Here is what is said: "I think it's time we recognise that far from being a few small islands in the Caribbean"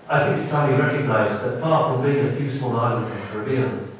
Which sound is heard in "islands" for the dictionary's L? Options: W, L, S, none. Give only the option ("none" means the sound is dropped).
none